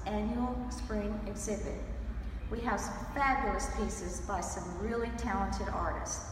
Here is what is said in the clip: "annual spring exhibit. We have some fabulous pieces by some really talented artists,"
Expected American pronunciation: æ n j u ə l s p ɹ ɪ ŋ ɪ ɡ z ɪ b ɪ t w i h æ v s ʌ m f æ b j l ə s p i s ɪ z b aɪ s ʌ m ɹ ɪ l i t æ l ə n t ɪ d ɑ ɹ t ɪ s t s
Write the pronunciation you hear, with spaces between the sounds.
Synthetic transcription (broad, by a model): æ n j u l s p ɹ ɪ ŋ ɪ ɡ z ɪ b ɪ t w i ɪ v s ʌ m f æ b j l ə s p i s ɪ z b aɪ s ʌ m ɹ ɪ l i t æ l ə n t ɪ d ɑ ɹ t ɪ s s